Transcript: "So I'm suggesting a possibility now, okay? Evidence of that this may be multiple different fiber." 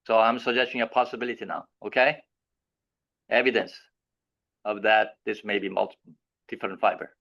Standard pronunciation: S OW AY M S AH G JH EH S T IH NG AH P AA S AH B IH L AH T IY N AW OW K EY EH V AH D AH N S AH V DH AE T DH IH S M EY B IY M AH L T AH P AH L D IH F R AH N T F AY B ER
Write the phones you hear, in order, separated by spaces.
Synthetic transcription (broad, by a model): S OW AY M S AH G JH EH S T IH NG AH P AA S AH B IH L AH T IY N AW OW K EY EH V AH D AH N S AH V DH AE T DH IH S M EY B IY M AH L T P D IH F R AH N T F AY B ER